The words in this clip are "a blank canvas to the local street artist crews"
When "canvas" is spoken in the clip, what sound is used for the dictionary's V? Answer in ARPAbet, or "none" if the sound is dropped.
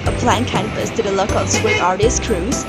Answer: P